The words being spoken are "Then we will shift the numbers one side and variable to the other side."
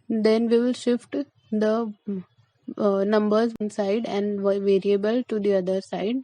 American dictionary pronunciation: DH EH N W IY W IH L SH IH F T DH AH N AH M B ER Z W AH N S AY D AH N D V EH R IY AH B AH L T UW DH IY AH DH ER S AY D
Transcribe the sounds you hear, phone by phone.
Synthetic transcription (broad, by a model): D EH N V IY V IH L SH IH F T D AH N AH M B ER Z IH N S AY D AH N D V EH R IY AH B AH L T UW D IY AH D ER S AY D